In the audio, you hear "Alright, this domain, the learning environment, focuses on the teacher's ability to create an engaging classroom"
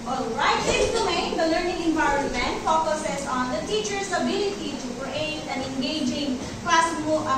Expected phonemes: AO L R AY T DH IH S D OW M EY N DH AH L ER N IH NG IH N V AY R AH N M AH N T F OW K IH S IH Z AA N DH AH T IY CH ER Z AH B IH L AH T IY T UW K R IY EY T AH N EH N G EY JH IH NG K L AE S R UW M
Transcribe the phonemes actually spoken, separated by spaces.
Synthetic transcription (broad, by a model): AO L R AY T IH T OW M EY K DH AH L ER N IH NG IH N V AY R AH N M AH N T F OW K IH S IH S AA N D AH T IY CH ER S AH B IH L AH T IY T UW K R IY EY T AH N EH N G EY JH IH NG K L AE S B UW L